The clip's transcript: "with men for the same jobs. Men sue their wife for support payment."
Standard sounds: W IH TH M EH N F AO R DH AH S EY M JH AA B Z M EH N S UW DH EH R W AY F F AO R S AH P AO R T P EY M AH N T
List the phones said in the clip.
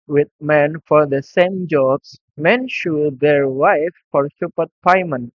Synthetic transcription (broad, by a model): W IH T M EH N F AO R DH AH S EY M JH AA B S M EH N SH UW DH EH R W AY F F AO R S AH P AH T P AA M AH N